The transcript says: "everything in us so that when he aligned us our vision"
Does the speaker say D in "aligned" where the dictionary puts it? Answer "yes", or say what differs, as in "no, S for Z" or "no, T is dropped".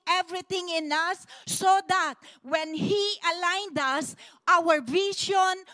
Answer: yes